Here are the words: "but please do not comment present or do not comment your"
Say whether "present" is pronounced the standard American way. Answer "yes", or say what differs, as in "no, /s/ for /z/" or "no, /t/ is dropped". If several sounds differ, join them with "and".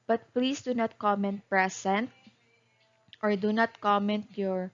no, /s/ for /z/